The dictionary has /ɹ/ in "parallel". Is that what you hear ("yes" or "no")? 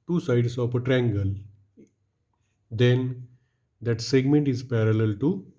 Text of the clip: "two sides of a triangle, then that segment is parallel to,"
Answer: yes